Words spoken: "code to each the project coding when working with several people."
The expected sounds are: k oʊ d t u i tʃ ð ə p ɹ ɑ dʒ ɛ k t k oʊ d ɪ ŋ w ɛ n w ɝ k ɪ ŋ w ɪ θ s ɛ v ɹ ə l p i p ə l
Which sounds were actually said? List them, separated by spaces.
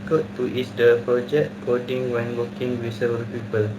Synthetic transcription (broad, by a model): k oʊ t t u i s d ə p ɹ ɑ dʒ ɛ k t k oʊ d ɪ ŋ w ɛ n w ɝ k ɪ ŋ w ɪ s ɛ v ə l p i p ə l